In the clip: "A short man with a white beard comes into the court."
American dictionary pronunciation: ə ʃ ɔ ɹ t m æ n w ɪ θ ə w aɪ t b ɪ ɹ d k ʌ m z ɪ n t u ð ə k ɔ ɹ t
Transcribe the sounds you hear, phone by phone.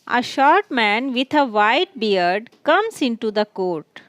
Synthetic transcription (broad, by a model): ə ʃ ɔ ɹ t m æ n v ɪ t ə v aɪ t b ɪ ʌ d k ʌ m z ɪ n t u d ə k ɔ ɹ t